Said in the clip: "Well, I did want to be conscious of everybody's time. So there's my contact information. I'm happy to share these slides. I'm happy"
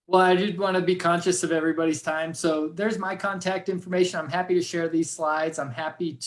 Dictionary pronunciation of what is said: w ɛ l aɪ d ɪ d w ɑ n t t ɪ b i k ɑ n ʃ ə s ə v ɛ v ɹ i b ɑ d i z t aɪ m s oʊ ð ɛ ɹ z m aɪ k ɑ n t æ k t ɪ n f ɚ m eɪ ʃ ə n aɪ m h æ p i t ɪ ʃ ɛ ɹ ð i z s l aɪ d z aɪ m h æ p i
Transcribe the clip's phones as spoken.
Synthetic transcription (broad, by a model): w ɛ l aɪ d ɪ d w ɑ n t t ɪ b i k ɑ n ʃ ə s ə v ɛ v ɹ i b ɑ d i z t aɪ m s oʊ ð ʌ ɹ z m aɪ k ɑ n t æ k t ɪ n f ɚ m eɪ ʃ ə n aɪ m h æ p i t ɪ ʃ ɛ ɹ ð i z s l aɪ d z aɪ m h æ p i